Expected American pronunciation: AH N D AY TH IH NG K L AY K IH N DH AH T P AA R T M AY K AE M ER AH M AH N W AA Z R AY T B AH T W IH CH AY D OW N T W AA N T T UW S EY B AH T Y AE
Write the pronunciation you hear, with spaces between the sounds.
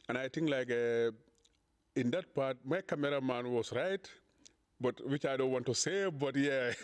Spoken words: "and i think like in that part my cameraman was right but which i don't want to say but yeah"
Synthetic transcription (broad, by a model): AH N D AY T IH NG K L AY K IH N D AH T P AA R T M AY K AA M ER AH M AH N W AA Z R AY T B AH T W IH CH AY D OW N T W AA N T T UW S EY B AH T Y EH